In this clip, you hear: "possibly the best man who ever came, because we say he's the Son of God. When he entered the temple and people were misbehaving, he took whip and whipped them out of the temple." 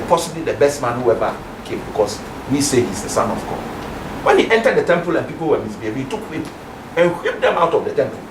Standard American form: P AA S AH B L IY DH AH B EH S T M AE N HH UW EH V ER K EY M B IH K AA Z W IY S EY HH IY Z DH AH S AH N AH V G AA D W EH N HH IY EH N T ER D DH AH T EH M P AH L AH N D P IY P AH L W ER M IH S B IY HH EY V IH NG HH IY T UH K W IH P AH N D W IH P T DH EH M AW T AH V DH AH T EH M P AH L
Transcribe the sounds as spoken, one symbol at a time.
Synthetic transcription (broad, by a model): P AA S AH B L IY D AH B EH S T M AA N HH UW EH V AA K EY M B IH K AA S W IY S EY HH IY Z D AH S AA N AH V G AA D W EH N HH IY EH N T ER D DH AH T EH M P AH L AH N P IY P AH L W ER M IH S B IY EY B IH HH IY T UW K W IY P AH N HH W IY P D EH M AW T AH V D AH T EH M P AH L